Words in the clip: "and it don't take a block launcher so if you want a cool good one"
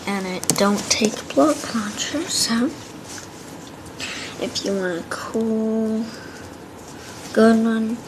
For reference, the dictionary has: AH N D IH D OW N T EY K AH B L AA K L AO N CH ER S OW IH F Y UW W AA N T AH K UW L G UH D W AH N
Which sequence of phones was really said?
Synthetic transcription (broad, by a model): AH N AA IH D OW N T EY K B L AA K L AO N CH ER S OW IH F Y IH W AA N AH K UW L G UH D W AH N